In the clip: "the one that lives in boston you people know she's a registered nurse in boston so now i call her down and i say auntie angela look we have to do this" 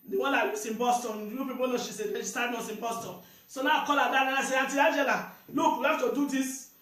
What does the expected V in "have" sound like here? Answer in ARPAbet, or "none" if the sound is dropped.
F